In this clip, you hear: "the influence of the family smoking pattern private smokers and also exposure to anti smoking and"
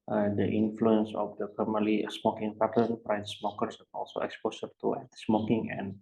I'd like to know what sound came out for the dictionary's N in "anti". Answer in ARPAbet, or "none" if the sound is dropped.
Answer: none